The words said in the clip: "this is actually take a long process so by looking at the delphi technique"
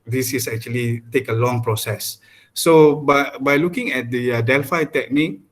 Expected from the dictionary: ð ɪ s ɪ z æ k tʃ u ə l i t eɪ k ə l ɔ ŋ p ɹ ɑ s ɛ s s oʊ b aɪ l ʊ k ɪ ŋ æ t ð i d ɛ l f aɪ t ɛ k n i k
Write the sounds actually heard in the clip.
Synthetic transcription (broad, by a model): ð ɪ s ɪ s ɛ k tʃ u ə l i t eɪ k ə l ɔ ŋ p ɹ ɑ s ɛ s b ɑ b aɪ l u k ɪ ŋ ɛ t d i d ɛ l f aɪ t ɛ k n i k